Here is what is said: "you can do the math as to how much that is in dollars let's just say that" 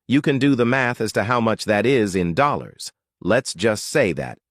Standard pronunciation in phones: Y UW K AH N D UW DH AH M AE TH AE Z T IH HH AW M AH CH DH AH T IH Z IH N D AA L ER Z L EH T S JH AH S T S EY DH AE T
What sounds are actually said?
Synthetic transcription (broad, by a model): Y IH K AH N D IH DH AH M AE TH AE Z T IH HH AW M AH CH DH AH T IH Z IH N D AA L ER Z L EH T S JH AH S T S EY DH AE T